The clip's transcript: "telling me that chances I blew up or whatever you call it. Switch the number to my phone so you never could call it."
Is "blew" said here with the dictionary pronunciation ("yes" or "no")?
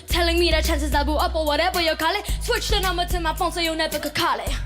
no